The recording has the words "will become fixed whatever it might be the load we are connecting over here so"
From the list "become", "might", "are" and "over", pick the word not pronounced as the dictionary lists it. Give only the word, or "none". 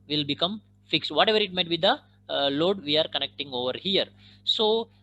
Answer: none